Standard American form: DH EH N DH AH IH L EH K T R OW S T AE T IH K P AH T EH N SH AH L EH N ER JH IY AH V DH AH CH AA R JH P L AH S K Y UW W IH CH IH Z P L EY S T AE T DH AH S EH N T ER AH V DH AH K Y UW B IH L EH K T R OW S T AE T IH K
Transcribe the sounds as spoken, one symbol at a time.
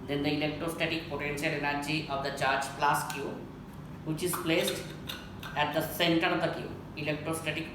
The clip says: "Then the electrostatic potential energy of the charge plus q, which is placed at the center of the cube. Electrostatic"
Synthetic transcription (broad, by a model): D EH N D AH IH L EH K T R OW S T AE T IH K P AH T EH N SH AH L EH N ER JH IY AH V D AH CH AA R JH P L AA S K Y UW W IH CH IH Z P L EY S T AE T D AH S EH N T ER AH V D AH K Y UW IH L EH K T R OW S T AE T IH K